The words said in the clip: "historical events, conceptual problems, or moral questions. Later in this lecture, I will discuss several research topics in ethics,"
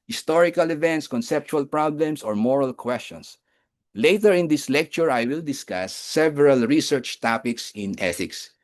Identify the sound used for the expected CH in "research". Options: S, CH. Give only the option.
CH